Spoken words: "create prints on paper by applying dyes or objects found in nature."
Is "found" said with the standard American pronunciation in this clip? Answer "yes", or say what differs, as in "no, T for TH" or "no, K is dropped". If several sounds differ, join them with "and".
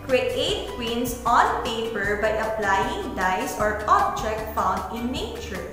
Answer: yes